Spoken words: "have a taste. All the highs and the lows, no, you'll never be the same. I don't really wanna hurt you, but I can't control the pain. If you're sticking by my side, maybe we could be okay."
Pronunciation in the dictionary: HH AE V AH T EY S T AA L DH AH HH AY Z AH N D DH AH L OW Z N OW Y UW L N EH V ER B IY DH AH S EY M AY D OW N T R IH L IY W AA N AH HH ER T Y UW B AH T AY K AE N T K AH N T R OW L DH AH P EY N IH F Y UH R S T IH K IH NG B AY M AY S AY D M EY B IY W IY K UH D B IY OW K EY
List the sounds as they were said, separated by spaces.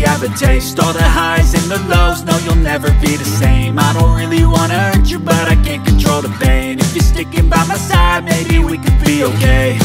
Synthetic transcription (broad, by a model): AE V AH T EY S T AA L DH AH HH AY Z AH N DH AH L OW Z N OW Y UW L N EH V ER B IY DH AH S EY M AY D OW N T R IH L IY W AA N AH ER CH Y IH B AH T AY K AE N K AH N T R OW L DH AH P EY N IH F Y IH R S T IH K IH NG B AY M AY S AY D M EY B IY W IY K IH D B IY OW K EY